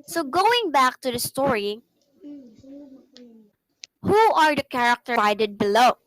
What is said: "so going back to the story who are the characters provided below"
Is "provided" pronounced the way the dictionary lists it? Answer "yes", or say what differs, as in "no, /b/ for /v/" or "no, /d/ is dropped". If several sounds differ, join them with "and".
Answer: no, /v/ is dropped